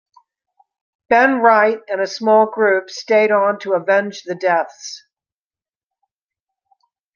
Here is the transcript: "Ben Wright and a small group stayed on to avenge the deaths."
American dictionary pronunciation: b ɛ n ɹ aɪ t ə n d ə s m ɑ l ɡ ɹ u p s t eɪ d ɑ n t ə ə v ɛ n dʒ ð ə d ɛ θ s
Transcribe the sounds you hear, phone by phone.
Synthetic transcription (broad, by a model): b ɛ n ɹ aɪ t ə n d ə s m ɑ l ɡ ɹ u p s t eɪ d n t ə ə v ɛ n dʒ ð ə d ɛ θ s